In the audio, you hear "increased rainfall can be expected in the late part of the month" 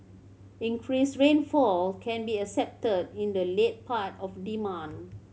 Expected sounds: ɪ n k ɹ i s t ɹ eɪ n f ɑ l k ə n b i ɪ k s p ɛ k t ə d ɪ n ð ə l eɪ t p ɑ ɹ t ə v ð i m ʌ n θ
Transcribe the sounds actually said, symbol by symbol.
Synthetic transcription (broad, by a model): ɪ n k ɹ i s ɹ eɪ n f ɑ l k ə n b i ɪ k s ɛ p t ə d ɪ n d ə l eɪ t p ɑ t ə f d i m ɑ n